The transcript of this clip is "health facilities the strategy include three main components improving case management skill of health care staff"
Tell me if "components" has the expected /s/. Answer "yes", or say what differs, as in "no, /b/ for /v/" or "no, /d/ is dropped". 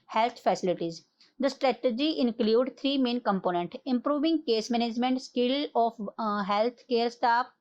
no, /s/ is dropped